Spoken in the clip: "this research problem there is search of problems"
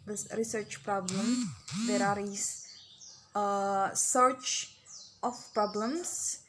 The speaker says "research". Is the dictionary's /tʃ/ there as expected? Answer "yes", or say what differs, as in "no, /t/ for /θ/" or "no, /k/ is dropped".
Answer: yes